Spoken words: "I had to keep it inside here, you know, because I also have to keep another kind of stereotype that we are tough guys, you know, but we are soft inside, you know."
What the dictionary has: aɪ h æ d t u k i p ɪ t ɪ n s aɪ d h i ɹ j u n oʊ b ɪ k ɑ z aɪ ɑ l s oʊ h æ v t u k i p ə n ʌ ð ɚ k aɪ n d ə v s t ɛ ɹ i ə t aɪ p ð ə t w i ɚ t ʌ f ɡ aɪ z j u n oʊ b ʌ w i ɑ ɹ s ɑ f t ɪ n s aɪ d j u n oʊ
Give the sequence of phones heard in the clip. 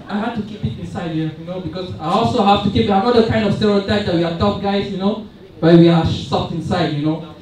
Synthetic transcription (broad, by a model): aɪ h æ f t u k i p ɪ t ɪ n s aɪ d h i j u n oʊ b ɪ k ɑ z aɪ ɑ l s oʊ h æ f t u k i p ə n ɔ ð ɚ k aɪ n d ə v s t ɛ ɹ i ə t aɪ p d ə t w i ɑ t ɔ p ɡ aɪ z j u n oʊ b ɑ w i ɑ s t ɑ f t ɪ n s aɪ d j u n oʊ